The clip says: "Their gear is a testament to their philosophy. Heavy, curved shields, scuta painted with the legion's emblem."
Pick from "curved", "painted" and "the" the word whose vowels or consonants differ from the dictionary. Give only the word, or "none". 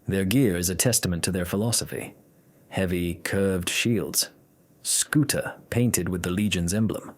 none